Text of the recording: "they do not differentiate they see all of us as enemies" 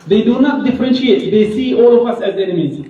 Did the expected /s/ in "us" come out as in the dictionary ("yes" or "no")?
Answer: yes